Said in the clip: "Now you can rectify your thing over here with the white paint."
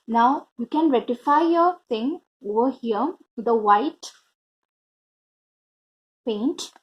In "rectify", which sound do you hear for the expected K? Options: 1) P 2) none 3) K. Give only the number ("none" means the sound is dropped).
2